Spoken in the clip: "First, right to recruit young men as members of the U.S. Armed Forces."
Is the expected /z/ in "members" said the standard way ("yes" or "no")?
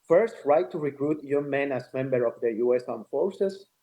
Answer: no